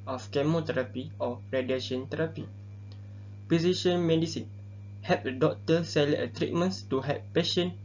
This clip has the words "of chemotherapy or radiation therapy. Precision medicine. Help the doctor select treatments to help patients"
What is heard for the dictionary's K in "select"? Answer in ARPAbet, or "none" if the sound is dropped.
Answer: none